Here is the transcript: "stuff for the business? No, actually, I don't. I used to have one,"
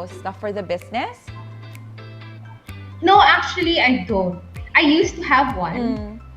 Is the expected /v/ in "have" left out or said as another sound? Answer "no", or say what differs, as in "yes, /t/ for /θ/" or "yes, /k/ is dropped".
no